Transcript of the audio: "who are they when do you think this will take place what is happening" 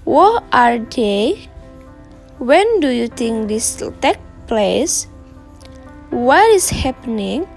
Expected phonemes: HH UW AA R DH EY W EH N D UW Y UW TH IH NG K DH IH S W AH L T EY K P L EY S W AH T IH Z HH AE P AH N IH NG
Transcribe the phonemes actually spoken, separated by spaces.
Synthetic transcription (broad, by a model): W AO AA R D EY W EH N D UW Y UW T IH NG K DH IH S T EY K P L EY S W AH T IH S HH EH P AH N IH NG